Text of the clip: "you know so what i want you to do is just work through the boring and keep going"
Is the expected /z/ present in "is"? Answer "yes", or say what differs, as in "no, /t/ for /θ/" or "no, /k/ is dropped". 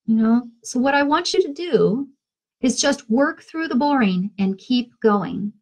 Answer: yes